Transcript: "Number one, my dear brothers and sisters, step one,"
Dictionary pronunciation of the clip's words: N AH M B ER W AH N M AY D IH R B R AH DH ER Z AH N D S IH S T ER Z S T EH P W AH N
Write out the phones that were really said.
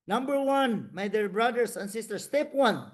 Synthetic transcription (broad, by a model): N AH M B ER W AH N M AY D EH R B R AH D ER S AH N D S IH S T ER S T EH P W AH N